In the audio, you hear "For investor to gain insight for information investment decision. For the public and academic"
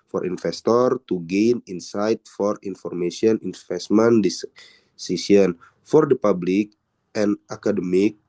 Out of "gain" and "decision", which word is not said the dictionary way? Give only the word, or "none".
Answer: decision